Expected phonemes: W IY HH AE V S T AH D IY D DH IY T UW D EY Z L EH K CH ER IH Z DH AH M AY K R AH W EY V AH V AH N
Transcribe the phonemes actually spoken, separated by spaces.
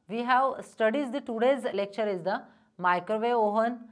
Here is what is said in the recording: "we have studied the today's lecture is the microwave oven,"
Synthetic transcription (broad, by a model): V IY HH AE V S T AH D IY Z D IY T UW D EY Z L EH K CH ER IH Z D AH M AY K R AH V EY AO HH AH N